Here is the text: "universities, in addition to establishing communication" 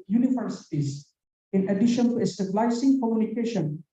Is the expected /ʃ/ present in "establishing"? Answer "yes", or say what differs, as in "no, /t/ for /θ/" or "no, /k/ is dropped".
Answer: no, /s/ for /ʃ/